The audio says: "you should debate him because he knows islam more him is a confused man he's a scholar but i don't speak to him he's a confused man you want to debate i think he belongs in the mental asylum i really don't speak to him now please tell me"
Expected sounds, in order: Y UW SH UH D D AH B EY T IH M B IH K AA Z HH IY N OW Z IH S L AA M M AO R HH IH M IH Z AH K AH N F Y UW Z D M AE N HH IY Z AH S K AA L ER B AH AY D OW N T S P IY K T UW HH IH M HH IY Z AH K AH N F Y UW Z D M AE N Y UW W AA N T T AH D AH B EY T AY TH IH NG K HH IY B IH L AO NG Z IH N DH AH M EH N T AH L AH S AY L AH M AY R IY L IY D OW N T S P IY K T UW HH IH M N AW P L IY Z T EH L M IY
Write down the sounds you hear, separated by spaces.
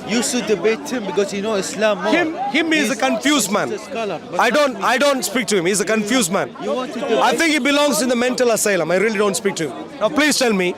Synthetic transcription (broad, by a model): Y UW S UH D D AH B EY T IH M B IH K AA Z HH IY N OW IH S L AA M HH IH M HH IH M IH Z AH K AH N F Y UW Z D M AE N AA AH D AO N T AY D OW N T S P IY K T UW HH IH M HH IY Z AH K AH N F Y UW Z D M AE N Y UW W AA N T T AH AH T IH NG K HH IY B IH L AO NG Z IH N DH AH M EH N T AH L AH S AY L AH M AY R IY L IY D OW N T S P IY K T UW HH IH M N AW P L IY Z T EH L M IY